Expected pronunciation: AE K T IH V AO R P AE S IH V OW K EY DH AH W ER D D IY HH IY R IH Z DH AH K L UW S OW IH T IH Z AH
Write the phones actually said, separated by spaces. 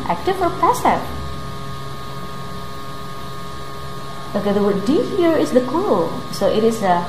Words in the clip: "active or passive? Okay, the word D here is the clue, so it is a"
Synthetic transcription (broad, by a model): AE K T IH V AO R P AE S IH OW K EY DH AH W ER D D IY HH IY R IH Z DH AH K UW S OW IH T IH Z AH